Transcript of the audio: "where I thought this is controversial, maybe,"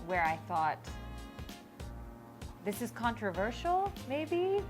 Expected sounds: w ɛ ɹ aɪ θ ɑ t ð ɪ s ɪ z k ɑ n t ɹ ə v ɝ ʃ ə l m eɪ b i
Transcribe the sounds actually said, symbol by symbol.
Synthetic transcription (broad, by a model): w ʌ ɹ aɪ θ ɑ t ð ɪ s ɪ z k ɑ n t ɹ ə v ɝ ʃ l m eɪ b i